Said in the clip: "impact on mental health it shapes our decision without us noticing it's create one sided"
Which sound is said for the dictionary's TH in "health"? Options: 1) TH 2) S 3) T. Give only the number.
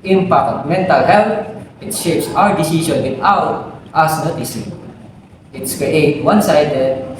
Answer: 3